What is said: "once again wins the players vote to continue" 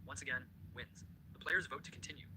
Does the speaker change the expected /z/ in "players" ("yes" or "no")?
no